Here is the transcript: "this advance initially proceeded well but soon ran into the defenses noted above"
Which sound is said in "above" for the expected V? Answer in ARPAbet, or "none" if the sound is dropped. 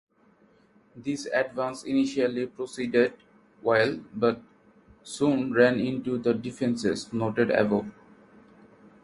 none